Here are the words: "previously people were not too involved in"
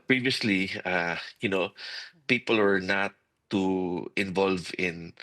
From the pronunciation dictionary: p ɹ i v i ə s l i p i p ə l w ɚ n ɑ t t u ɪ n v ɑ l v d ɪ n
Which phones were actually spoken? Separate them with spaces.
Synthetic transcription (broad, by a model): p ɹ i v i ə s l i p i p ə l w ɚ n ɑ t t u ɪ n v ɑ l v ɪ n